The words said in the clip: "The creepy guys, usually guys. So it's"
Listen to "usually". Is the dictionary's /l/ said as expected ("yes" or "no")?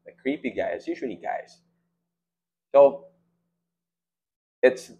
no